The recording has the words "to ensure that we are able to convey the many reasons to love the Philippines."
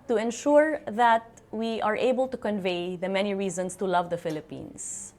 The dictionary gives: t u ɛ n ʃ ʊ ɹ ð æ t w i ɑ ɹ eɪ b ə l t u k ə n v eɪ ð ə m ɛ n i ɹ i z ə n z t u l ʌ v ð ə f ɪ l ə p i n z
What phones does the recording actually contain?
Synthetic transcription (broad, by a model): t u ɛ n ʃ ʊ ɹ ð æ t w i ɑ ɹ eɪ b ə l t u k ə n v eɪ ð ə m ɛ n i ɹ i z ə n s t u l ʌ v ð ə f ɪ l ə p i n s